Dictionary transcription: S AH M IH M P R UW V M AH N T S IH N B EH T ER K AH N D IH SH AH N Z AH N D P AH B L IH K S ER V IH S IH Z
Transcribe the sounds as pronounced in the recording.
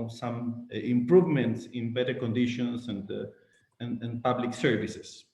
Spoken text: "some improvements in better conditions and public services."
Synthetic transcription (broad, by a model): S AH M IH M P R UW V M AH N T S IH N B EH T ER K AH N D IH SH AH N S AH N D P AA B L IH K S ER V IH S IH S